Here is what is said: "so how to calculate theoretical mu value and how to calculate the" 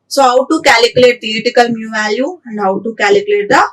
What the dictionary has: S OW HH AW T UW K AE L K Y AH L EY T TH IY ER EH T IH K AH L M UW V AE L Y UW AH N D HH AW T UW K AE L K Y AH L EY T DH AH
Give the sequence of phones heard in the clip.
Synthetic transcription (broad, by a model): S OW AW T UW K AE L K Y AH L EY T T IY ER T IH K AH L M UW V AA Y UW AH N D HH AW T UW K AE L K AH L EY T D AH